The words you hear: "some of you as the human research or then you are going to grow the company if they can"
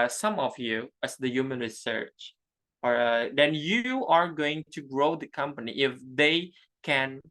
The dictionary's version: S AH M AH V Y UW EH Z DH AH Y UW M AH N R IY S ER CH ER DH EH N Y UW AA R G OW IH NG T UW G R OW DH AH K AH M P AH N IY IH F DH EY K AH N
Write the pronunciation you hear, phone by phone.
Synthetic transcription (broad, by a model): S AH M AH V Y UW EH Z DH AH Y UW M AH N R IY S ER CH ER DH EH N Y UW AA R G OW IH NG T UW G R OW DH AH K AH M P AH N IY IH F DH EY K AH N